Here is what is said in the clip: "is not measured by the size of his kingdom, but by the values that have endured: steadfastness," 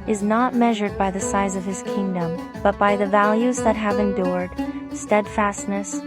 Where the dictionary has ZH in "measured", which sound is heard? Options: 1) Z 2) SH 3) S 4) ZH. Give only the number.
4